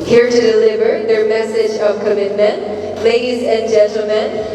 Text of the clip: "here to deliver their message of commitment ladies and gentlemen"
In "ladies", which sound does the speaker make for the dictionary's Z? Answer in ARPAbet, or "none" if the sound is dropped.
Z